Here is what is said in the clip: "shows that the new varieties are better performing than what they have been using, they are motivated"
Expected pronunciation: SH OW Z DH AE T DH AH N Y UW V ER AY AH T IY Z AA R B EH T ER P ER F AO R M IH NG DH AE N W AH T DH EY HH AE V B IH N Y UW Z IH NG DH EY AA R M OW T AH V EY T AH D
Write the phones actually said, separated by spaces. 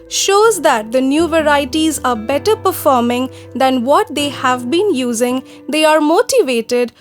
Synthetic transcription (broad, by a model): SH OW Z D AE T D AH N Y UW V ER AY AH T IY Z AA R B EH T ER P ER F AO R M IH NG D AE N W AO T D EY HH AE V B IH N Y UW Z IH NG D EY AA R M OW T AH V EY T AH D